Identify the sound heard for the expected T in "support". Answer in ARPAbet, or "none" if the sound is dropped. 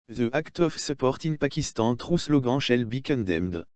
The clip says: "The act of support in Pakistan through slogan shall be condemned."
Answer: T